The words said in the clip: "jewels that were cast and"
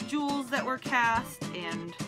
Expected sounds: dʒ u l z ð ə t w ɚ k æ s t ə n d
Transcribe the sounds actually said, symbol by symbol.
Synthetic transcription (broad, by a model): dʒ u l z ð ə t w ɚ k æ s t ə n